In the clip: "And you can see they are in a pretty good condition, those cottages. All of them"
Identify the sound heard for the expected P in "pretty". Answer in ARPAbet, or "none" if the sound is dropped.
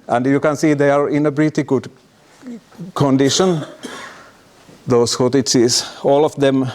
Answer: B